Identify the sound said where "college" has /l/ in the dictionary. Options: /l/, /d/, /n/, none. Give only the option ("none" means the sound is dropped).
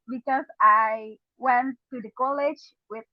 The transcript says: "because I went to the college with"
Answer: /l/